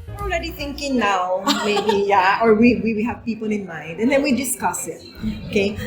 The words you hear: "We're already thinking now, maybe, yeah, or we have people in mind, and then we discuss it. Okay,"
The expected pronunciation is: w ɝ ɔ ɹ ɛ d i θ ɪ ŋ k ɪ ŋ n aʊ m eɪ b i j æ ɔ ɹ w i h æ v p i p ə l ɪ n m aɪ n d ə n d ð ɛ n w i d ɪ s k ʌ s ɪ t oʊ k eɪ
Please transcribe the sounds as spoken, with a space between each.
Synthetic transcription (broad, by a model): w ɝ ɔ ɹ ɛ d i θ ɪ ŋ k ɪ ŋ n aʊ m eɪ b i j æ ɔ w w i h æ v p i p ə l ɪ n m aɪ n d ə n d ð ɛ n w i d ɪ s k ʌ s ɪ t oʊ k eɪ